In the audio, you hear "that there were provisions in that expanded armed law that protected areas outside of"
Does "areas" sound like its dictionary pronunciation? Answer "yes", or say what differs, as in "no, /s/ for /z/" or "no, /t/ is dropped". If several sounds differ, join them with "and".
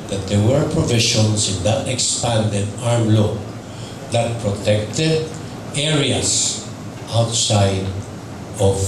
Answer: no, /s/ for /z/